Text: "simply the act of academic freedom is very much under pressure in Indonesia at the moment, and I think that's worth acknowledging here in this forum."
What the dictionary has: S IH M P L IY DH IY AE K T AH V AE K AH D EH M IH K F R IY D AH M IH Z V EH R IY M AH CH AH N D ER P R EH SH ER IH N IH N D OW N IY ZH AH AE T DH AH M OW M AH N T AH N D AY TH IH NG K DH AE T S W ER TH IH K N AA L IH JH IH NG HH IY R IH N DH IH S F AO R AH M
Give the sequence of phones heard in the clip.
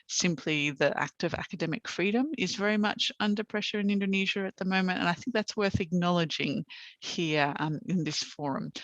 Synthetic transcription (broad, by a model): S IH M P L IY DH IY AE K T AH V AE K AH D EH M IH K F R IY D AH M IH Z V EH R IY M AH CH AH N D ER P R EH SH ER IH N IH N D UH N IY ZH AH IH T DH AH M OW M AH N T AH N AY TH IH NG K DH AE T S W ER TH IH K N AA L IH JH IH NG HH IY R IH N DH IH S F AO R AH M